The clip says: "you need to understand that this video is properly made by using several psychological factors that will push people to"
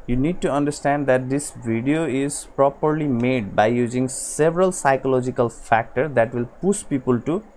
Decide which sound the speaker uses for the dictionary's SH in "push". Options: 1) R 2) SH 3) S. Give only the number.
3